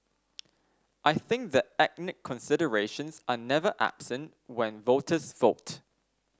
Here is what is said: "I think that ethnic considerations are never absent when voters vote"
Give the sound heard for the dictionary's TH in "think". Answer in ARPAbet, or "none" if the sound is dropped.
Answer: TH